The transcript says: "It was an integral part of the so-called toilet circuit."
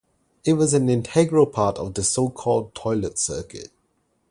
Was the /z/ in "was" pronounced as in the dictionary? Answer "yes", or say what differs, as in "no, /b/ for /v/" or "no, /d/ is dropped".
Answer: yes